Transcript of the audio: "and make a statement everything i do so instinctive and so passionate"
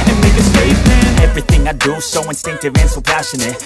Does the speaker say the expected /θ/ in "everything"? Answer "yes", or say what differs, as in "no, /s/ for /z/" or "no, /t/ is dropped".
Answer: yes